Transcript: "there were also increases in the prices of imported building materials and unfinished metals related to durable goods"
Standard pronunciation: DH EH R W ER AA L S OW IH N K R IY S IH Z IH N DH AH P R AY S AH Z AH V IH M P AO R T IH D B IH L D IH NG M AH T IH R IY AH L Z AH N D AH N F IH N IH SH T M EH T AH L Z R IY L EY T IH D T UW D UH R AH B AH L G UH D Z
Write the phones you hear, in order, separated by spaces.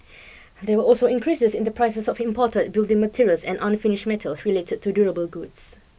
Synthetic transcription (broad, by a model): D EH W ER AA L S OW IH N K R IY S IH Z IH N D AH P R AY S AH S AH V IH M P AO T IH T B IH L D IH NG M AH T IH R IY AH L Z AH N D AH N F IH N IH SH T M EH T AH L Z R IY L EY T IH D T UW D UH R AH B AH L G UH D S